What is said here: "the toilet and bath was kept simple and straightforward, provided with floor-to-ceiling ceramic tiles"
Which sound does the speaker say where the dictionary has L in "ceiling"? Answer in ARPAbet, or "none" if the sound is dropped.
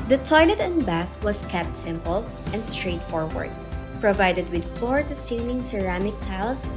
N